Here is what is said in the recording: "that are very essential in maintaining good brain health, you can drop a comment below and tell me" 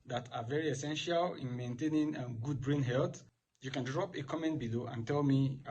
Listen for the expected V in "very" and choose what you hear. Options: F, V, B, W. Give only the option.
V